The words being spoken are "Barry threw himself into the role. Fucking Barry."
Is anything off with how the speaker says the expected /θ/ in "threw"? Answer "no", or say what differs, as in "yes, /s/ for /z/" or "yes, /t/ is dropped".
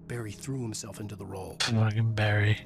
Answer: no